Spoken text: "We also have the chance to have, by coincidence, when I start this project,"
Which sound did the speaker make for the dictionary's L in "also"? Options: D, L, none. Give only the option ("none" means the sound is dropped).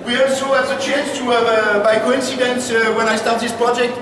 none